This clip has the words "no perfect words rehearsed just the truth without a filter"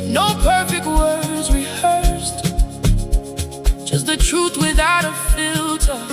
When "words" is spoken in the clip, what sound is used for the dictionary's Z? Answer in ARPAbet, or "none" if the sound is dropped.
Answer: Z